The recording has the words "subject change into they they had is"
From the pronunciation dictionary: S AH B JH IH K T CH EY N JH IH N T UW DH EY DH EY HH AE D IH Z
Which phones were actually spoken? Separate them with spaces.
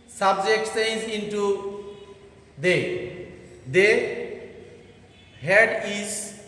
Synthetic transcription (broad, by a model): S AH B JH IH K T S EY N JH IH N T UW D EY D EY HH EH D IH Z